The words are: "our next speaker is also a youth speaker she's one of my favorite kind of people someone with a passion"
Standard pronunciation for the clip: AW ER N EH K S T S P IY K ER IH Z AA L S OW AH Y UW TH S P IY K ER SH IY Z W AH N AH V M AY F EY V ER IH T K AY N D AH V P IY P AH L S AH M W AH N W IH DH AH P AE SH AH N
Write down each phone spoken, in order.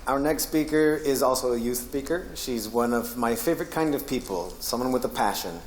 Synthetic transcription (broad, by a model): AW ER N EH K S T S P IY K ER IH Z AA L S OW AH Y UW TH S P IY K ER SH IY Z W AH N AH V M AY F EY V ER IH T K AY N D AH V P IY P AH L S AH M W AH N W IH DH AH P AE SH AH N